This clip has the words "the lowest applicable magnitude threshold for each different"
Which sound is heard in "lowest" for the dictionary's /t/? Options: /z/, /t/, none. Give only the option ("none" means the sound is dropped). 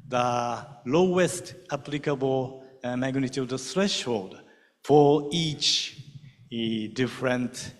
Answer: /t/